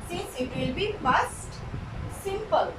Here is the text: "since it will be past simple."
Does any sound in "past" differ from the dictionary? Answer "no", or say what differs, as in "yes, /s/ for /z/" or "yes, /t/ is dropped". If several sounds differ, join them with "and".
yes, /f/ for /p/